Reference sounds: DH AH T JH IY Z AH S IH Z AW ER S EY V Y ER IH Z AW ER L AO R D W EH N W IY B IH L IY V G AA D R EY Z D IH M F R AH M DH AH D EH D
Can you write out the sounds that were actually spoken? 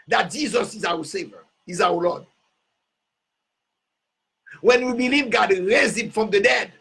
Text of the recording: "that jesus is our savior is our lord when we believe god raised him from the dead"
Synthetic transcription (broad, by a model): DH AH T JH IY Z AH S IH Z AW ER S EY V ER IH Z AW ER L AO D W EH N W IY B IH L IY V G AA D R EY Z IH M F R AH M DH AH D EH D